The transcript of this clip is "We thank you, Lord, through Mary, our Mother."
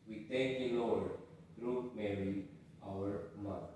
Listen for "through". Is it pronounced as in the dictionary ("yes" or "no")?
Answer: no